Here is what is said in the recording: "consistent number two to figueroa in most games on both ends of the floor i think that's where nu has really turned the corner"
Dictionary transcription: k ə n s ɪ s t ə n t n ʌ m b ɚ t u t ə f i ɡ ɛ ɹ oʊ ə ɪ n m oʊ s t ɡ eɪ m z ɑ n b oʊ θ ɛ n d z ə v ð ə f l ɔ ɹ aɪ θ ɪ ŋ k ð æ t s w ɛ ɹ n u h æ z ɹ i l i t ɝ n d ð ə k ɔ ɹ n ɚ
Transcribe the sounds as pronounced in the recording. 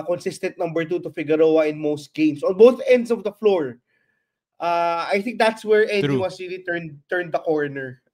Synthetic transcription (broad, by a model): k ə n s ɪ s t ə n t n ʌ m b ɚ t u t ə f i ɡ ɛ ɹ oʊ ə ɪ n m oʊ s t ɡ eɪ m s ɑ n b oʊ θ ɛ n d s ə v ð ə f l ɔ ɹ aɪ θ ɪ ŋ k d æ t s w ɛ ɹ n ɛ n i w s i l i t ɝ n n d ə k ɔ ɹ n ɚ